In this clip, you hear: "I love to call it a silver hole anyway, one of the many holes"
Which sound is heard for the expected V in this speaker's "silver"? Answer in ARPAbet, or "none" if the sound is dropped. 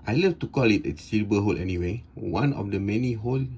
B